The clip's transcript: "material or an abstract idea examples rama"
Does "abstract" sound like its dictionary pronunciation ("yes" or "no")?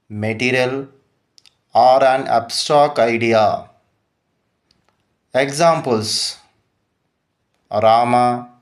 no